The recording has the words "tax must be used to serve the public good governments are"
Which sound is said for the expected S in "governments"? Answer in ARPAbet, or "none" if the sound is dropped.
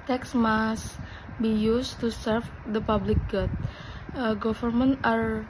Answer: none